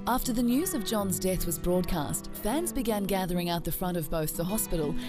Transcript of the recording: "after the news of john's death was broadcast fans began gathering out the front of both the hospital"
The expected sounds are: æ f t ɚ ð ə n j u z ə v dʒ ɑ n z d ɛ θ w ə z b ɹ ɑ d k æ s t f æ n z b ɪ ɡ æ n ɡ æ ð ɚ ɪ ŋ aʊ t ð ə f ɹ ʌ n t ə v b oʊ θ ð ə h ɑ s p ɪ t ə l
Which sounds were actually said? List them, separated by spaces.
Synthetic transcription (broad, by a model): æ f t ɚ ð ə n j u z ə v dʒ ɑ n z d ɛ θ w ə z b ɹ ɑ d k æ s t f æ n z b ɪ ɡ æ n ɡ æ ð ɚ ɪ ŋ aʊ t ð ə f ɹ ʌ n t ə v b oʊ θ ð ə h ɑ s p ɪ t l